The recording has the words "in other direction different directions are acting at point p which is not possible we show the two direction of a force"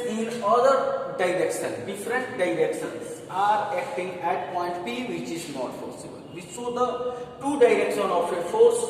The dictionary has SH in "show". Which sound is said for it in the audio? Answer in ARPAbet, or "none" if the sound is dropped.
S